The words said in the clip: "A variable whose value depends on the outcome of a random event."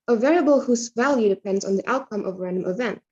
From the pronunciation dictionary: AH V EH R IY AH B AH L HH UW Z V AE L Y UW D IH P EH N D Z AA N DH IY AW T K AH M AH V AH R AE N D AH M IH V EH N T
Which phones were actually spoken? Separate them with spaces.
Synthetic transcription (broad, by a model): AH V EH R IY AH B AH L HH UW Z V AE L Y UW D IH P EH N D Z N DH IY AW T K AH M AH V R AE N D AH M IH V EH N T